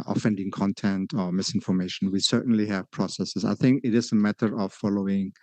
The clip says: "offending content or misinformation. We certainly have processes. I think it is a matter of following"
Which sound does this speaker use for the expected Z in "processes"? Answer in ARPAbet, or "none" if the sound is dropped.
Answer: S